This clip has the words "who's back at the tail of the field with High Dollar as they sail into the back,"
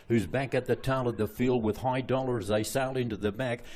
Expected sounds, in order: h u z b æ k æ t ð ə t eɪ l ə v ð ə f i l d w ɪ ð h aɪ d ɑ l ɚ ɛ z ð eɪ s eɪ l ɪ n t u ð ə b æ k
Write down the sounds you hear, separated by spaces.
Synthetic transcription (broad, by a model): h u z b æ k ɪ t ð ə t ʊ n ə v ð ə f i l d w ɪ ð h aɪ d ɑ l ɚ z ð eɪ s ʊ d ɪ n t u ð ə b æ k